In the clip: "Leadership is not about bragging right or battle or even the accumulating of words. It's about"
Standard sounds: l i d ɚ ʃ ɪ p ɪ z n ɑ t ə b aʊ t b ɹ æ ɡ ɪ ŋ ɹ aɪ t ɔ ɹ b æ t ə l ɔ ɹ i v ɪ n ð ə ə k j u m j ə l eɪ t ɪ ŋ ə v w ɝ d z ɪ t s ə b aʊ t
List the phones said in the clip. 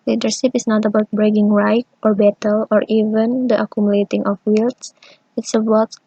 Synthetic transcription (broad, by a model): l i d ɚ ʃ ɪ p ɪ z n ɑ t ə b aʊ t b ɹ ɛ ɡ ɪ ŋ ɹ aɪ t ɔ ɹ b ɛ t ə l ɔ ɹ i v ɪ n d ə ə k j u m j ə l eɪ t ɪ ŋ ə f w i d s ɪ t s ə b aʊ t